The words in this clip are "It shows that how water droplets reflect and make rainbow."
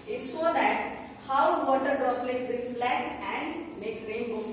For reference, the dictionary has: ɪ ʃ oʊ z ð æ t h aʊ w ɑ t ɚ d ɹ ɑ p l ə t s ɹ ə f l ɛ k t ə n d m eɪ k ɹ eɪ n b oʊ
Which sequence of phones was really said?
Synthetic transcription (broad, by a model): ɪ s oʊ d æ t h aʊ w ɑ t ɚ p ɹ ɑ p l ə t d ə f l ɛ t ə n d m eɪ k ɹ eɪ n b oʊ